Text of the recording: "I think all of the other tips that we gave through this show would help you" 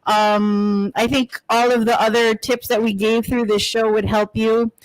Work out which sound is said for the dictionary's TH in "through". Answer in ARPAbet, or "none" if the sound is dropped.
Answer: TH